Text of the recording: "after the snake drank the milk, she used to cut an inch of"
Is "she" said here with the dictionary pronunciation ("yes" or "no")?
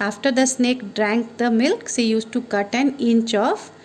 no